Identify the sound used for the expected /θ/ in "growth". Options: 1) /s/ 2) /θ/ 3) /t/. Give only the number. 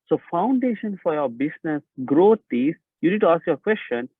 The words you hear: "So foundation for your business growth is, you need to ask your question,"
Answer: 3